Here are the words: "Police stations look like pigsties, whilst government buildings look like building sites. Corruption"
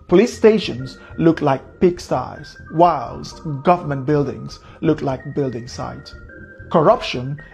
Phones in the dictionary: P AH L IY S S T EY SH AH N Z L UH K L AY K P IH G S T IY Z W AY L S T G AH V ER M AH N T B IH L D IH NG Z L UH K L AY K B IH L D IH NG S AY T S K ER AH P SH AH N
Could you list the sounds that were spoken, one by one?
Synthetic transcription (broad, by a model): P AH L IY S S T EY SH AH N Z L UH K L AY K P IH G S T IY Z W AY L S G AH V ER M AH N T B IH L D IH NG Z L UH K L AY K B IH L D IH NG S AY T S K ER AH P SH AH N